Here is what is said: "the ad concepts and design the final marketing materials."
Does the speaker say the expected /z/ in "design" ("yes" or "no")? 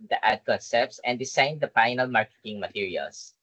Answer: no